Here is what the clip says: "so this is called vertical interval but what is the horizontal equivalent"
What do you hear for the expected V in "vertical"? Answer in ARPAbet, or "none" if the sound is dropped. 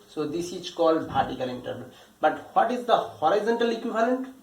P